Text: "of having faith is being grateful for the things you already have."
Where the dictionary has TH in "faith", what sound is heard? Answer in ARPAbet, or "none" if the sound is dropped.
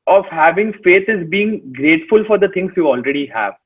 T